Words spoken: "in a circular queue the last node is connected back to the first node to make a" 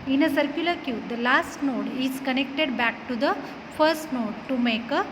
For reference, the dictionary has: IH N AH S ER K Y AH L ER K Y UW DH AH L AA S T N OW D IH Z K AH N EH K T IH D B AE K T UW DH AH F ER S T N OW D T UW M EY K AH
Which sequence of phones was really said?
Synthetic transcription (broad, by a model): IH N AH S ER K Y AH L ER K Y UW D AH L AA S T N OW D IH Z K AH N EH K T IH D B AE K T UW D AH F ER S T N OW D T UW M EY K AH